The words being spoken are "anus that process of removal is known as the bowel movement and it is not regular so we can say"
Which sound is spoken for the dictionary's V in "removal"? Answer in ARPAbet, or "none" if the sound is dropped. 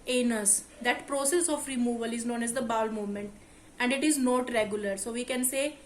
V